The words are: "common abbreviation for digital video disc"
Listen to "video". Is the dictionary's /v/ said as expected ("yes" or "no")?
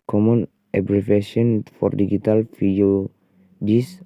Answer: no